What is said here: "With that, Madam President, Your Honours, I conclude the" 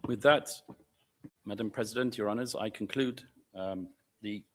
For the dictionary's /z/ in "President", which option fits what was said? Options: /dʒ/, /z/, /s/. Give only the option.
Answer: /z/